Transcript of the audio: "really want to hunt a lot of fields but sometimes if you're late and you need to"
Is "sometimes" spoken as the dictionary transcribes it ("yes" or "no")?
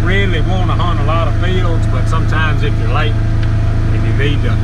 yes